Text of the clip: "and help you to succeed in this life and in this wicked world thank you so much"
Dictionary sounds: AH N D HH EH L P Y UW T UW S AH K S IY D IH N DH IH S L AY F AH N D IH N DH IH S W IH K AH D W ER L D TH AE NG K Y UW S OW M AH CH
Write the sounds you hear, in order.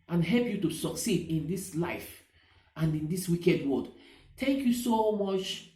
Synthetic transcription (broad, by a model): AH N HH EH L P Y UW T UW S AH K S IY D IH N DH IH S L AY F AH N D IH N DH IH S W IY K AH D W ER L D T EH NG K Y UW S OW M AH CH